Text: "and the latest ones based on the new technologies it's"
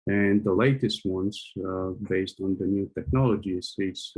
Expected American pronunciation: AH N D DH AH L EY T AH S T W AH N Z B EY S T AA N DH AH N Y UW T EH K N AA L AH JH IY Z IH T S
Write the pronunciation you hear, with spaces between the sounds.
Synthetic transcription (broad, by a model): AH N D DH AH L EY T AH S T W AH N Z B EY S T N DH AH N Y UW T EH K N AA L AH JH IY S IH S